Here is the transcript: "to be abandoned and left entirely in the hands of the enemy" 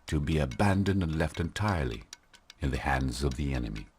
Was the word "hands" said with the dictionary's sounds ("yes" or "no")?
yes